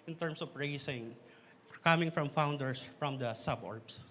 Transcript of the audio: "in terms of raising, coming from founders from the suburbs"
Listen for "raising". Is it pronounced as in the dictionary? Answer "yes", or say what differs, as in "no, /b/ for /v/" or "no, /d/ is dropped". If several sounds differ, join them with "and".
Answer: no, /s/ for /z/